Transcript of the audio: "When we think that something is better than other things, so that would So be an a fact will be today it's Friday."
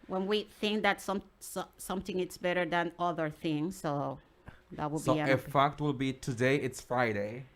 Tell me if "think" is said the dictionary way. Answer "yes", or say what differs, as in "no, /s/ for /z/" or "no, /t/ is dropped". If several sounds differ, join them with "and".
yes